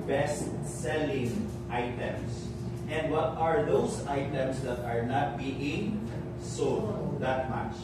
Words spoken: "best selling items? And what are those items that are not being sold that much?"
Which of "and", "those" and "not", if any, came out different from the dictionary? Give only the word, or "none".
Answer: those